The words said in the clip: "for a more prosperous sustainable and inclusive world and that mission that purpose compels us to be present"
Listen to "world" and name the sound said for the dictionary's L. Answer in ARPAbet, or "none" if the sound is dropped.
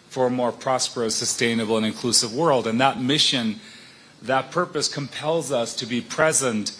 L